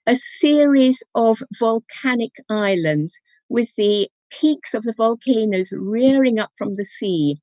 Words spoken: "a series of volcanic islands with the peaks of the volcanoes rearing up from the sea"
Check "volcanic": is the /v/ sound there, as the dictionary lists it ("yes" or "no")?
yes